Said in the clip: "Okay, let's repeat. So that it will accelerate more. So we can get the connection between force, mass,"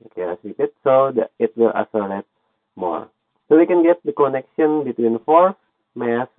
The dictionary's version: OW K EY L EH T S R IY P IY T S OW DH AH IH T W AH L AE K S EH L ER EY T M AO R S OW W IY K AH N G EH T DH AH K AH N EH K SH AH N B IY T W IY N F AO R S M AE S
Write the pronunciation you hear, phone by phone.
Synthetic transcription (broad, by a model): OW K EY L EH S L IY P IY T S OW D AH IH T W AH L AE S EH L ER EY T M AO R S OW W IY K AH N G EH T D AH K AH N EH K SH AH N B IY T W IY N F AO R S M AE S